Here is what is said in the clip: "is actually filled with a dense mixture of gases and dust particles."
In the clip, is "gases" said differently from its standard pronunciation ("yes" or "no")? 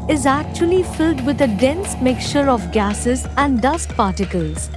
no